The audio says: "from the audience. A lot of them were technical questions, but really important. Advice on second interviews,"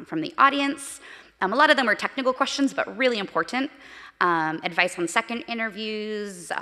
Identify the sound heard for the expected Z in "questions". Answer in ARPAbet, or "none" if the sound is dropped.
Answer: Z